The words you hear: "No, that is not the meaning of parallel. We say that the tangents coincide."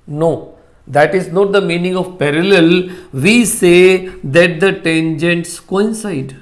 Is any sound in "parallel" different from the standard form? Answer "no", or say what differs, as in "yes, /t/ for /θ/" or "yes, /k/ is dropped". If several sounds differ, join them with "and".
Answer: no